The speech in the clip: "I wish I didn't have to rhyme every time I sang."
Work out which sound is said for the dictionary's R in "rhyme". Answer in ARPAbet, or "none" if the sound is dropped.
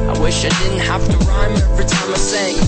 R